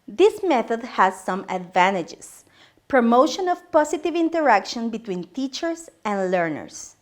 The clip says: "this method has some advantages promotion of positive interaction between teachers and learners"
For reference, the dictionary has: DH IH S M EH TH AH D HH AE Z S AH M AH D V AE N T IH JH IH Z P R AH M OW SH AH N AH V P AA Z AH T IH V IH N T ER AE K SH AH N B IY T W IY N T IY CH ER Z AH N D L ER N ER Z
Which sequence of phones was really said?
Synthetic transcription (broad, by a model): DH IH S M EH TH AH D HH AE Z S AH M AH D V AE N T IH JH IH S P R AH M OW SH AH N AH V P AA S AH T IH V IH N T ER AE K SH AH N B IY T W IY N T IY CH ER S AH N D L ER N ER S